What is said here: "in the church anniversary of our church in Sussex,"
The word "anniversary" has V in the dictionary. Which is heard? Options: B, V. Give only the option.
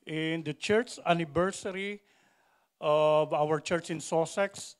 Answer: B